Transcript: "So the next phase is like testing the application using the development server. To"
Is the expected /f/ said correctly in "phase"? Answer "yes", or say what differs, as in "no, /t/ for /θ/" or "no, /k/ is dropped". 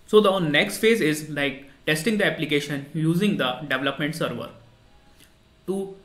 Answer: yes